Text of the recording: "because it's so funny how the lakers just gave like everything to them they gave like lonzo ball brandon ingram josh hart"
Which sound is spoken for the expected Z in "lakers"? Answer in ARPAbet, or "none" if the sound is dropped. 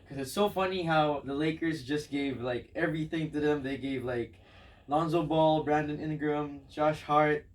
Z